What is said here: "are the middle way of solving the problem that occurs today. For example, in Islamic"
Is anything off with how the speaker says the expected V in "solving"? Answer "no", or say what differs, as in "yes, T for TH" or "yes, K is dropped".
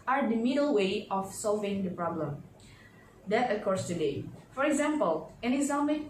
no